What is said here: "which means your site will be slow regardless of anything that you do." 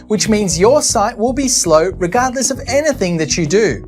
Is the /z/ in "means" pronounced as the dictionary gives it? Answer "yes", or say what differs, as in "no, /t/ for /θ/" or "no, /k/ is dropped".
yes